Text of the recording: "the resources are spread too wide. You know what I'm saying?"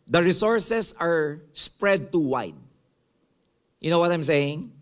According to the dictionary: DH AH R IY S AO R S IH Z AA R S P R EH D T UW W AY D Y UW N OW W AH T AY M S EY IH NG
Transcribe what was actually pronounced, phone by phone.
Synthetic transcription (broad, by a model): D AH R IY S AO R S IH S AA R S P R EH D T UW W AY D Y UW N OW W AH T AY M S EY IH NG